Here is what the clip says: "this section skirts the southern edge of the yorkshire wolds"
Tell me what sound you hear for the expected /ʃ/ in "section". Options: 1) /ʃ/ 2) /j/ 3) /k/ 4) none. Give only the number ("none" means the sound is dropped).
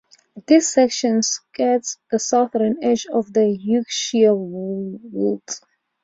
1